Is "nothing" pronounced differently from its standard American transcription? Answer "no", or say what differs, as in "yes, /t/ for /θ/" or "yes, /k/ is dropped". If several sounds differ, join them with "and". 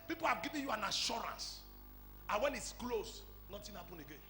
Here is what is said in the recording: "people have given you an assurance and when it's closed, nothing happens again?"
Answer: yes, /t/ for /θ/